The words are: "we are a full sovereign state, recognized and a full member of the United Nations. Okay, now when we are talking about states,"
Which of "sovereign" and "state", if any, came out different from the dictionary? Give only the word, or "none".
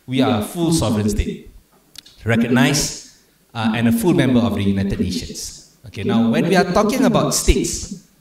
none